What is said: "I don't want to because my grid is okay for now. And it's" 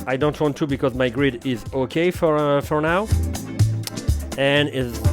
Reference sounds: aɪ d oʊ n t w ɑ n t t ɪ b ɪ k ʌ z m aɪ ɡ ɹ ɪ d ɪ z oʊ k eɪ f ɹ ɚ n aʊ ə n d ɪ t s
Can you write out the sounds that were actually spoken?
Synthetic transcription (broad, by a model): aɪ d oʊ n t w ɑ n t t ɪ b ɪ k ʌ z m aɪ ɡ ɹ ɪ d ɪ z oʊ k eɪ f ɹ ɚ n aʊ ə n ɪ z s